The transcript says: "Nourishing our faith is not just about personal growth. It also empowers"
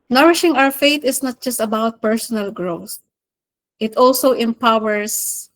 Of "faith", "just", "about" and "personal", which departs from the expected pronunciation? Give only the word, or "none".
faith